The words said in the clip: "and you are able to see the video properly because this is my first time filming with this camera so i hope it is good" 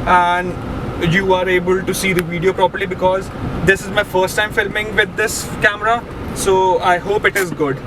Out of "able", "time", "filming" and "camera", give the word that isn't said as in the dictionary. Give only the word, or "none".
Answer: none